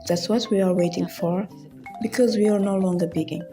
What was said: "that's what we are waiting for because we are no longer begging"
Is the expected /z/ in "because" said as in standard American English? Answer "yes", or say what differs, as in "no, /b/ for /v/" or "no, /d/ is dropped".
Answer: yes